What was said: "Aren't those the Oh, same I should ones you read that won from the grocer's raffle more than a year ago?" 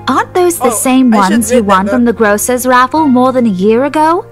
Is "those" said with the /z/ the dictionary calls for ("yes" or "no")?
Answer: yes